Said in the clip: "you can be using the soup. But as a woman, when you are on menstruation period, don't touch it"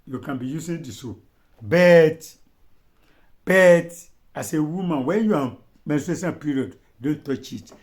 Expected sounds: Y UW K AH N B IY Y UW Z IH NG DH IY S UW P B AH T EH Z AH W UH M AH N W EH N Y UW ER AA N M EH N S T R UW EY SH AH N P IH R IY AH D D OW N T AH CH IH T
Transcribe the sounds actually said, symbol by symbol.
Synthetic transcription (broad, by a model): Y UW K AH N B IY Y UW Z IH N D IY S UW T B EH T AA S AH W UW M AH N W EH N Y UW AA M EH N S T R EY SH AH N P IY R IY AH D D OW N T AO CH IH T